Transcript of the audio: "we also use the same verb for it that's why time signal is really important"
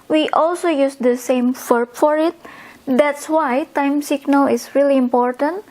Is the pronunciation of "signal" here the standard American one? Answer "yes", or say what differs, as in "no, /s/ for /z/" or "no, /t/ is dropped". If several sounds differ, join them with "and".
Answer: yes